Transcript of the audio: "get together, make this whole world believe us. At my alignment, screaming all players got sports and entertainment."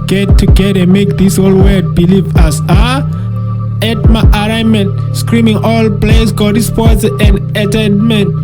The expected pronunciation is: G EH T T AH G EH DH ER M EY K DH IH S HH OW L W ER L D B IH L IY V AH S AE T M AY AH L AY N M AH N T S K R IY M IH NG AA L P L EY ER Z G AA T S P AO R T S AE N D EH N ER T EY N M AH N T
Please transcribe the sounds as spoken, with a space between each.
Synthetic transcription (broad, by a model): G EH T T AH G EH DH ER M EY K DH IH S HH OW L W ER D B IH L IY V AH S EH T M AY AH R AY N M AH N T S K R IY M IH NG AA L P L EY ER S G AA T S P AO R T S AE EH N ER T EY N M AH N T